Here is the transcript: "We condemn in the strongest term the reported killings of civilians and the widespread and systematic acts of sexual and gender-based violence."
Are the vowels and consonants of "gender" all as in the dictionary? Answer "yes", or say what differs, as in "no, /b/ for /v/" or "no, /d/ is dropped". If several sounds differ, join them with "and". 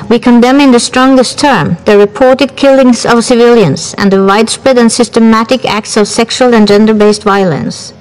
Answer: yes